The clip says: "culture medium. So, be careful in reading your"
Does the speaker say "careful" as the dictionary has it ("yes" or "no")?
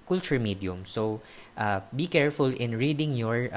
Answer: yes